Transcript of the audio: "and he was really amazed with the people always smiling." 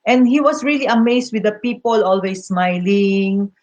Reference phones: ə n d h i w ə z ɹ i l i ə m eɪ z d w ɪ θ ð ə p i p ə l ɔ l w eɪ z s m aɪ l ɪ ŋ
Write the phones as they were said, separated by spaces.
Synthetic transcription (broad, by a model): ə n d h i w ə s ɹ i l i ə m eɪ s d w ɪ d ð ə p i p ə l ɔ l w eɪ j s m aɪ l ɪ ŋ